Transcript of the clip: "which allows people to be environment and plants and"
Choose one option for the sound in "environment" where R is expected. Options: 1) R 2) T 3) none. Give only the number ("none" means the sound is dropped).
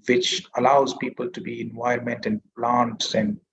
3